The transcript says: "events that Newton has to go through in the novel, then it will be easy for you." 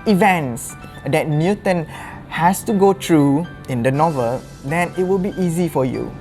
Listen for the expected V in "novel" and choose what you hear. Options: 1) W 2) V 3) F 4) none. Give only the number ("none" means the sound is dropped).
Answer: 2